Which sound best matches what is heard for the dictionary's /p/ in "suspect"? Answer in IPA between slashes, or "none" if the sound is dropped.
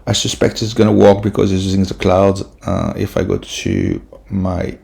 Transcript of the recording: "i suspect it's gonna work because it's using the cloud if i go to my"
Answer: /p/